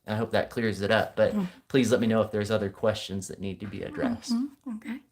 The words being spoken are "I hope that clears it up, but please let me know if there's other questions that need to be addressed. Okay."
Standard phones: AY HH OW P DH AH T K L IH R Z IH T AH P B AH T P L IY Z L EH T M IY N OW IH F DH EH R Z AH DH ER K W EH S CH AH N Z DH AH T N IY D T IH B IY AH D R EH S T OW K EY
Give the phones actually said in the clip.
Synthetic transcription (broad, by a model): AY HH OW P DH AH T K L IH R Z IH T AH P B AH T P L IY Z L EH T M IY N OW IH F DH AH R Z AH DH ER K W EH S CH AH N Z DH AH T N IY D T IH B IY AH D R EH S T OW K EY